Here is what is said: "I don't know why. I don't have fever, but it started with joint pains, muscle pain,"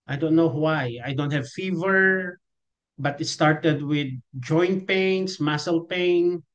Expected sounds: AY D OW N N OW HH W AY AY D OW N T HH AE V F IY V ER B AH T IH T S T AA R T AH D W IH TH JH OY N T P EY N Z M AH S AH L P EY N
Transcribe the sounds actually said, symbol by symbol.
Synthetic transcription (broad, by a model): AY D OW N N OW HH W AY AY D OW N T HH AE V F IY V ER B AH T IH T S T AA R T AH D W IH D JH OY N T P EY N S M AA S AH L P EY N